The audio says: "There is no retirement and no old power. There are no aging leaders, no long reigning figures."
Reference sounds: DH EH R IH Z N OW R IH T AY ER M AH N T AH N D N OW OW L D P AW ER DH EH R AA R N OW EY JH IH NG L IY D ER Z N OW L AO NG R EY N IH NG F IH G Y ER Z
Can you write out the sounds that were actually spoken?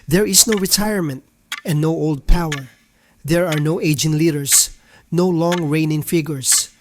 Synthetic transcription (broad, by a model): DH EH R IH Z N OW R IH T AY ER M AH N T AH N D N OW OW L D P AW ER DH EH R AA R N OW EY JH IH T L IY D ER S N OW L AO NG R EY N IH NG F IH G Y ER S